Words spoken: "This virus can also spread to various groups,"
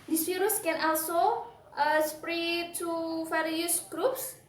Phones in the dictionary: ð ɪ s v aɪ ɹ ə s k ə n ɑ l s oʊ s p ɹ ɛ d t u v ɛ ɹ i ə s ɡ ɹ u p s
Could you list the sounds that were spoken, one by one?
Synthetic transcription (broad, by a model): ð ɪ s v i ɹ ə s k ə n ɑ l s oʊ s p ɹ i t u f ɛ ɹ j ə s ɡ ɹ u p s